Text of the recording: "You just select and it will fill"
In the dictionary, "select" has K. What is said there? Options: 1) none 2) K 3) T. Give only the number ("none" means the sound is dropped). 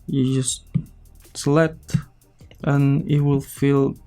1